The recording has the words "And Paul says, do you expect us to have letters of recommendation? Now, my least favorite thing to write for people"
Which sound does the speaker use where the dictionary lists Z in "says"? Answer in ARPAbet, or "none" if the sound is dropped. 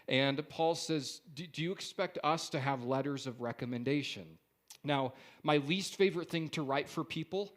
Z